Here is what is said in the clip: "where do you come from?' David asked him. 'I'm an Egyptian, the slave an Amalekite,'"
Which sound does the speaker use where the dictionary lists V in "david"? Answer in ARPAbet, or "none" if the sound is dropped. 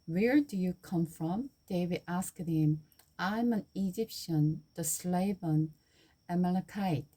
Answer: W